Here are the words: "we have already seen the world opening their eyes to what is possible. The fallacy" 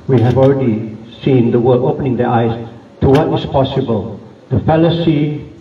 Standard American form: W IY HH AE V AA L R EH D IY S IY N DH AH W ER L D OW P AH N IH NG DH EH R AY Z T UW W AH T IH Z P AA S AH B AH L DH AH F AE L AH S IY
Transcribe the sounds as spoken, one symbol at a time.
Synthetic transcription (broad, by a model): W IY HH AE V AA L R EH D IY S IY N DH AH W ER D OW P AH N IH NG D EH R AY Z T UW W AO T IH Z P AA S AH B AH L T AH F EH L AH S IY